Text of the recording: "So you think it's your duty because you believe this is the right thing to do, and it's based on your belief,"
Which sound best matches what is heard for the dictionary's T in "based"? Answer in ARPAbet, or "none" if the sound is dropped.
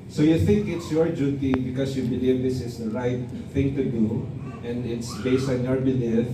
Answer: T